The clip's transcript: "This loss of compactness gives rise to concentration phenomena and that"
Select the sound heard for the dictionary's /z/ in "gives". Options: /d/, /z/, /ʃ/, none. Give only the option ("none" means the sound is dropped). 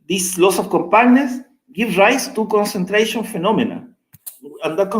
none